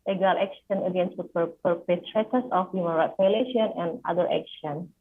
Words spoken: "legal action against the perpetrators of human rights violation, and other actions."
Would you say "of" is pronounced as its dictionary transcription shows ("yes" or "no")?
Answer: no